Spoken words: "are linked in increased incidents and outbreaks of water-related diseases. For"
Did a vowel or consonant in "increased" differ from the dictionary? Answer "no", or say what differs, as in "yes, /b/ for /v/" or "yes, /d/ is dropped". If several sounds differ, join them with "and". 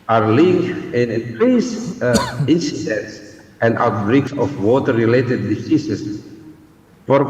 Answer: yes, /t/ is dropped